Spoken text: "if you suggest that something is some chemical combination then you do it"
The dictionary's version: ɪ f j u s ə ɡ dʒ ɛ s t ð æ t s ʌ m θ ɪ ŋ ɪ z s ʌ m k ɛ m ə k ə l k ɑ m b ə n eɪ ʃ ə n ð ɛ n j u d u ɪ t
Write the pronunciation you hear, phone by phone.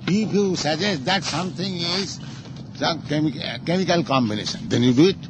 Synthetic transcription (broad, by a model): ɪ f j u s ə dʒ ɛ s t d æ t s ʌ m t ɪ ŋ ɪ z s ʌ m k ɛ m ə k ə l k ɑ m b ə n eɪ ʃ ə n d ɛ n j u d u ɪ t